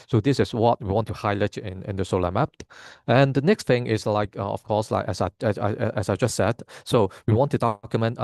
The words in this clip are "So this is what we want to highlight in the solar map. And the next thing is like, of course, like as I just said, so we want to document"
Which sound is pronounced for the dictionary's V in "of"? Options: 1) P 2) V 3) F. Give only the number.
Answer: 3